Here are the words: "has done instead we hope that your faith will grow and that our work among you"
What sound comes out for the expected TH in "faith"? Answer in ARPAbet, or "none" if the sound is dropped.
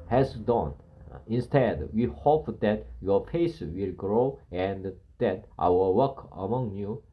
S